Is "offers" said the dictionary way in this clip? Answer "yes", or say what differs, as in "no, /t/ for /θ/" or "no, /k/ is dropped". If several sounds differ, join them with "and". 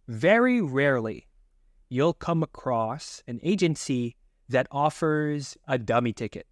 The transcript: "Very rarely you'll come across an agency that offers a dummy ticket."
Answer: yes